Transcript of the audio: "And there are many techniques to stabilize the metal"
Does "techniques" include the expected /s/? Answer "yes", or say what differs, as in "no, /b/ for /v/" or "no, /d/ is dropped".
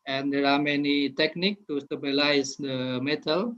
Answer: no, /s/ is dropped